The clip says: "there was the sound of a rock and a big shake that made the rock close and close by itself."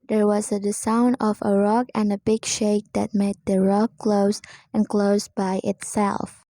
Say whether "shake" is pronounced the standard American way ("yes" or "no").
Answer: yes